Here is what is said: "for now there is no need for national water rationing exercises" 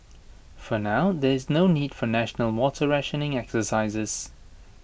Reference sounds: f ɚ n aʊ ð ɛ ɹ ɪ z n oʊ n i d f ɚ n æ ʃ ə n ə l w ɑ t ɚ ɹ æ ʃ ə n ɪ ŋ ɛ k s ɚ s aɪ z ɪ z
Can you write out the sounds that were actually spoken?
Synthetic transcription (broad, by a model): f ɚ n aʊ ð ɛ ɹ ɪ z n oʊ n i d f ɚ n æ ʃ ə n ə l w ɑ t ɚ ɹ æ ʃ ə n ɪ ŋ ɛ k s ɚ s aɪ z ɪ z